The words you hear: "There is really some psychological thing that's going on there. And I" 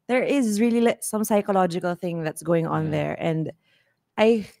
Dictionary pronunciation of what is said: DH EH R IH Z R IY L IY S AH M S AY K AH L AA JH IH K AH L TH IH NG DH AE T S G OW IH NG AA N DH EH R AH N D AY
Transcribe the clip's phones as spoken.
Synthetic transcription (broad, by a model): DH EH R IH Z R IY L IY S AH M S AY K AH L AA JH IH K AH L TH IH NG DH AE T S G OW IH NG AA N DH EH R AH N D AY